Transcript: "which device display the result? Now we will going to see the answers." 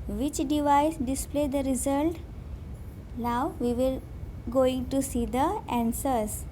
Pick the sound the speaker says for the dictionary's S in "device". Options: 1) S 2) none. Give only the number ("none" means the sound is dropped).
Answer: 1